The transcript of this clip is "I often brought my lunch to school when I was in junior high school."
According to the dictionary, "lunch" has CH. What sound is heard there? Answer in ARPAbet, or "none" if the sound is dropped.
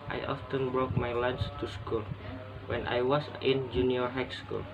S